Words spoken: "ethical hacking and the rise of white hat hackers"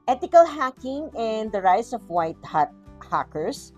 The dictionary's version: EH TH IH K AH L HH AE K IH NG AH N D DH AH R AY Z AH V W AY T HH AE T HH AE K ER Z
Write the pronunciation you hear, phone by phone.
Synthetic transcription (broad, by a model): EH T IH K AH L HH AE K IH NG AH N D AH R AY S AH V W AY T HH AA T HH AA K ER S